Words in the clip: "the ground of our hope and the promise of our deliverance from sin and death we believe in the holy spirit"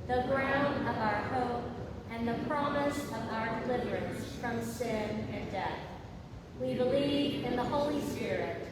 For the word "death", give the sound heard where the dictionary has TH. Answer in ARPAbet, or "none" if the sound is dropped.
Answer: TH